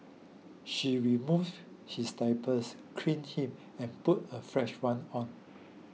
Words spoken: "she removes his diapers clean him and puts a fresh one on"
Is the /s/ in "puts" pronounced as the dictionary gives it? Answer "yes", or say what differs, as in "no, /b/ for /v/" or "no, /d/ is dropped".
no, /s/ is dropped